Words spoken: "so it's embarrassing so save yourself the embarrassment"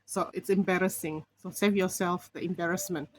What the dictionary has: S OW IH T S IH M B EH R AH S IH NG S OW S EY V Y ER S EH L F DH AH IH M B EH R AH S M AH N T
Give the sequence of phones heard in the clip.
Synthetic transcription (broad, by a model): S OW IH T S IH M B EH R AH S IH NG S OW S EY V Y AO S EH L F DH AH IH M B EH R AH S M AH N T